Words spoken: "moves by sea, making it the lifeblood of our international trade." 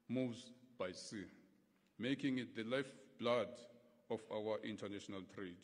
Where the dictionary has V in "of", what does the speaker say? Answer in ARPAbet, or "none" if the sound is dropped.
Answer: F